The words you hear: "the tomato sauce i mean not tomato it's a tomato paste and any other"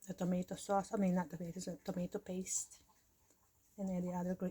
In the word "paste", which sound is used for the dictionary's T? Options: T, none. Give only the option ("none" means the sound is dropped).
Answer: T